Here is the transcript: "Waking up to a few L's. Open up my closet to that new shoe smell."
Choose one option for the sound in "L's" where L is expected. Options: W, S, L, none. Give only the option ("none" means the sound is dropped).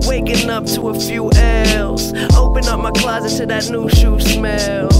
L